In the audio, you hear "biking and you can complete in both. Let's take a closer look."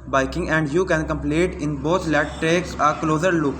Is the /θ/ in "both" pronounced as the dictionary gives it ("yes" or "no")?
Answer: no